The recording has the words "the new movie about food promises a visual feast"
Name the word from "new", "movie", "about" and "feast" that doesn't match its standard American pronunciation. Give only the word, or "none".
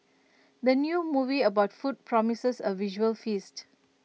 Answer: none